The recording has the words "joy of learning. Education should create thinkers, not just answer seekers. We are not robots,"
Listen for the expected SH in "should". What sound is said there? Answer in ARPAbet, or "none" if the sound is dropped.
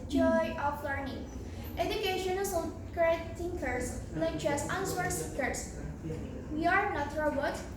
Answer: S